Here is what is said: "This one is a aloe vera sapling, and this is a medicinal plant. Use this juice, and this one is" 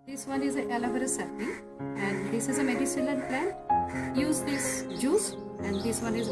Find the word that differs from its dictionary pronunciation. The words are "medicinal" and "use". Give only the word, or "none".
medicinal